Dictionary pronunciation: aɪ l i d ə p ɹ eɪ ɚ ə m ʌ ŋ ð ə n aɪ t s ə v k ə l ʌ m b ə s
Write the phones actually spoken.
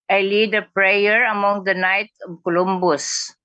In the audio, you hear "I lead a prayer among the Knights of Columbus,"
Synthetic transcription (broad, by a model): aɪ l i d ə p ɹ eɪ ɚ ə m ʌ ŋ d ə n aɪ t ə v k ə l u m b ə s